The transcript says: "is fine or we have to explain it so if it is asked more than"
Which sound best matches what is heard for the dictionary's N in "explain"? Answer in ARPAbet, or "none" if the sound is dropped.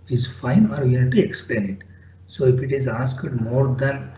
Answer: N